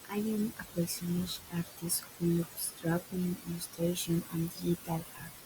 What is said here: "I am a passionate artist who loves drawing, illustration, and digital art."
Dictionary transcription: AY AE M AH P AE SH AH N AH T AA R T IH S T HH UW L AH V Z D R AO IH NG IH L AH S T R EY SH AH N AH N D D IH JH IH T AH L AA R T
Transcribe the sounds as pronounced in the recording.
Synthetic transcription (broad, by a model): AY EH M AH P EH S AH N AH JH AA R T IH S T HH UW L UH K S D R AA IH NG IH L AH S T R EY SH AH N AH N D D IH IH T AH L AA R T